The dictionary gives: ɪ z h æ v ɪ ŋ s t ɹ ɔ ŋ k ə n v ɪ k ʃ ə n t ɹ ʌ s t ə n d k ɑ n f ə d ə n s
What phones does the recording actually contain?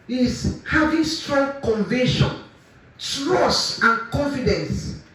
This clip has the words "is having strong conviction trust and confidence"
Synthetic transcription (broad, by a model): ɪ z h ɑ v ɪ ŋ s t ɹ ɔ ŋ k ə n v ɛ ʃ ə n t ɹ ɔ s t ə n k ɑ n f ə d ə n s